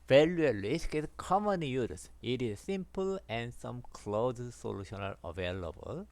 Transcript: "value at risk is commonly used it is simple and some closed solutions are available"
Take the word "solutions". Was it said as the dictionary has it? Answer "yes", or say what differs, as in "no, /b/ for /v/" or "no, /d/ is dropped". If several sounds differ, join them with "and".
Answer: no, /z/ is dropped